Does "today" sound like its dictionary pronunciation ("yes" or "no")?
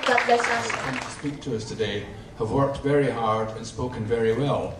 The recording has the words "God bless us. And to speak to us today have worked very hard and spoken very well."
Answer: yes